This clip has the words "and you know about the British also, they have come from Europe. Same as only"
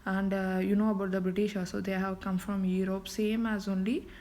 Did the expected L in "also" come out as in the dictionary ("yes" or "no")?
no